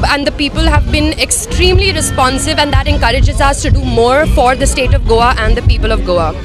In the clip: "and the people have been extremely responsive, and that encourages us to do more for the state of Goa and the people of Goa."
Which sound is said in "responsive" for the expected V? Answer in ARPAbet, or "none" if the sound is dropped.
V